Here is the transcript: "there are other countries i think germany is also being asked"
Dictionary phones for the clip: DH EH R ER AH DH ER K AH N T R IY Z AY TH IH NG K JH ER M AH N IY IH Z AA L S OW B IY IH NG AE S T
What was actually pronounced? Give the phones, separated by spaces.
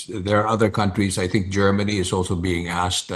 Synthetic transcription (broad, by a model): DH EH R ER AH DH ER K AH N T R IY Z AY TH IH NG K JH ER M AH N IY IH Z AA L S OW B IY IH NG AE S T